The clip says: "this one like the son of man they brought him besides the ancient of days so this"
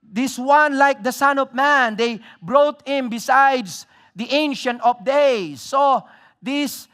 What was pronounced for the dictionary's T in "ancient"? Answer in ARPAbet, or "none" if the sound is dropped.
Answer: T